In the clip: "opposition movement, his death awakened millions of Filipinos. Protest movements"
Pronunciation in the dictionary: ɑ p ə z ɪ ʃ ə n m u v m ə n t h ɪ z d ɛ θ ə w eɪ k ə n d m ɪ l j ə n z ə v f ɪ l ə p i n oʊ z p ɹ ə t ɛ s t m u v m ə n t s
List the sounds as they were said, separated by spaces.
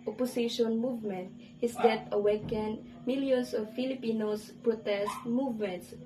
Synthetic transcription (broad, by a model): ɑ p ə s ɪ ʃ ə n m u v m ə n t h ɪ s d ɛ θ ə w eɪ k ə n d m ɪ l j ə n s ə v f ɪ l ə p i n oʊ s p ɹ ə t ɛ s t m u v m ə n t s